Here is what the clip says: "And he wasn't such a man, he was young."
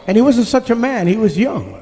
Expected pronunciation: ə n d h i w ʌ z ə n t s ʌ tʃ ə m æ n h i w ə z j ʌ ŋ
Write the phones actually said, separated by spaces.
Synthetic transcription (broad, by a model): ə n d h i w ʌ z ə n t s ʌ tʃ ə m æ n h i w ə z j ʌ ŋ